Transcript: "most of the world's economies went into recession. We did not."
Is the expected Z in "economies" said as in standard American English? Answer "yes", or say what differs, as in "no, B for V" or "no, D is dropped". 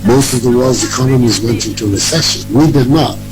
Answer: yes